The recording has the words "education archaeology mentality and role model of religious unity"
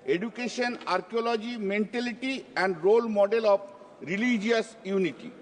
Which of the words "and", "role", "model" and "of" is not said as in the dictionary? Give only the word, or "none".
of